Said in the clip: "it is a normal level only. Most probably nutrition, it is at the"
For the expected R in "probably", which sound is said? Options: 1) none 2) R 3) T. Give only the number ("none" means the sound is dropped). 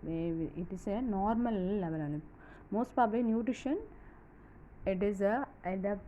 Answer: 1